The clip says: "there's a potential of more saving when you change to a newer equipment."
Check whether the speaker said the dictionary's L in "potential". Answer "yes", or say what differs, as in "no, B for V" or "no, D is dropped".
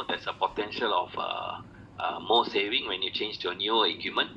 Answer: yes